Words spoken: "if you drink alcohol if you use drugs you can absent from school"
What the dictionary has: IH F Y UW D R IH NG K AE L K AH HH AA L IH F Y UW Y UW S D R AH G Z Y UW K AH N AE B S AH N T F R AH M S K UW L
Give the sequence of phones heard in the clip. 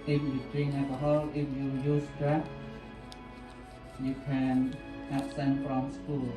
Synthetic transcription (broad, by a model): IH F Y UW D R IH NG AE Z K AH HH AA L IH F Y UW Y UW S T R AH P Y UW K AH N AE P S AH N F R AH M S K UW L